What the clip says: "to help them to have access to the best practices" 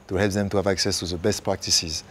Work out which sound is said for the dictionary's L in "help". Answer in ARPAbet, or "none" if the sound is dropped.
L